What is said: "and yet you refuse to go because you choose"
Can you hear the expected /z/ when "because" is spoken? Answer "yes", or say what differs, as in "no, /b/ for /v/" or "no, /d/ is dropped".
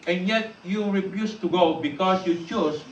no, /s/ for /z/